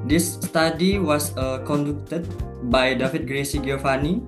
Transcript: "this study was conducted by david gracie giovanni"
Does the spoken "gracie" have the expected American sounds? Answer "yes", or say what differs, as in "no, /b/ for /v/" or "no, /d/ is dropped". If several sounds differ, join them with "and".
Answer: yes